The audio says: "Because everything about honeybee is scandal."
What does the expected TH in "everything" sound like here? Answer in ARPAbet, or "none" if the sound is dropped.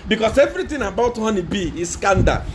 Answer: T